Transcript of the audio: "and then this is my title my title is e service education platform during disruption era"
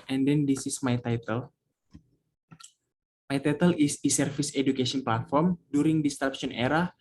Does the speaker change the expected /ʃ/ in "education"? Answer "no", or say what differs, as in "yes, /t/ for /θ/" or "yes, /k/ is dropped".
yes, /s/ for /ʃ/